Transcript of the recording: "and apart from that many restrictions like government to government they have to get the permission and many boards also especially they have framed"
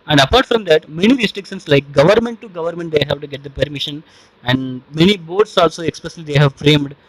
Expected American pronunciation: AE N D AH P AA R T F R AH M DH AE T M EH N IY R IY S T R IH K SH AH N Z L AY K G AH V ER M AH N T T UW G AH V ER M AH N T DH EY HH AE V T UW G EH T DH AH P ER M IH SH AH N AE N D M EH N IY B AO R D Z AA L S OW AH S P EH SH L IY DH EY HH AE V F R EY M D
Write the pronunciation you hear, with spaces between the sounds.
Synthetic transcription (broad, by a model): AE N D AH P AA R T F R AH M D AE T M EH N IY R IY S T R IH K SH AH N S L AY K G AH V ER M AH N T T UW G AH V ER M AH N T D EY HH AE V T UW G EH T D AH P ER M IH SH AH N AE N D M EH N IY B AO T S AA L S OW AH S P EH S L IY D EY HH AE V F R EY M D